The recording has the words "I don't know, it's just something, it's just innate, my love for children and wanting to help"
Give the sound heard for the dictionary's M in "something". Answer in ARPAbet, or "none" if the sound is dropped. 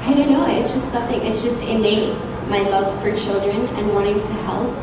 none